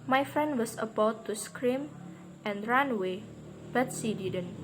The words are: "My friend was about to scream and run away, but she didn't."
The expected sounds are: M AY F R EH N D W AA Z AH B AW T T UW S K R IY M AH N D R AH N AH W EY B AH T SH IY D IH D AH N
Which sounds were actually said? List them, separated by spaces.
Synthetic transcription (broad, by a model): M AY F R EH N D W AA S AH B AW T T UW S K R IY M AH N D R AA N W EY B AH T S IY D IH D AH N